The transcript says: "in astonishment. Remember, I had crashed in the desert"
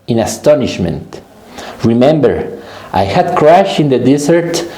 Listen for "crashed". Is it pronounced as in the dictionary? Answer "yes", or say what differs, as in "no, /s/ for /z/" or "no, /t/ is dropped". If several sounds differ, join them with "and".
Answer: no, /t/ is dropped